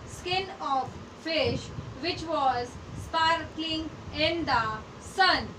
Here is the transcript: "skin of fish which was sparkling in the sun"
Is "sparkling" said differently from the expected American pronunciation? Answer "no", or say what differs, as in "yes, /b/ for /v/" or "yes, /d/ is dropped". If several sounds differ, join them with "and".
yes, /l/ is dropped